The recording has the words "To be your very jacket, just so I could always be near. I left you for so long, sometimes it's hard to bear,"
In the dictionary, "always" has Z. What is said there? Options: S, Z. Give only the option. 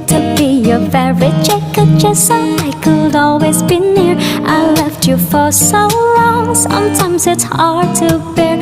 Z